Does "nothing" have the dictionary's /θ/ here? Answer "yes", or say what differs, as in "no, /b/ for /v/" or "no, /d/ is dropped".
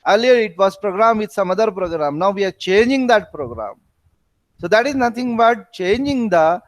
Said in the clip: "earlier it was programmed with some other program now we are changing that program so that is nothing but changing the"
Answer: no, /t/ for /θ/